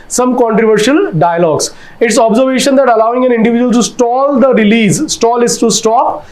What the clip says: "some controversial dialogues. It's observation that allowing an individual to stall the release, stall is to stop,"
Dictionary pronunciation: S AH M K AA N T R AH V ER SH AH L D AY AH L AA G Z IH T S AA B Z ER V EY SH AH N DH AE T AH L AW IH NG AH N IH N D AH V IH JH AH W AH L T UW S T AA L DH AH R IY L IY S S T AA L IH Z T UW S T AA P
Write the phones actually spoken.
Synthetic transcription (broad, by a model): S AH M K AA N T R AH V ER SH AH L D AY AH L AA G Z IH T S AA B Z ER V EY SH AH N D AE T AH L AW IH NG AH N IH N D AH V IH JH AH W AH L T UW S T AA L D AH R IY L IY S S T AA L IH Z T UW S T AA P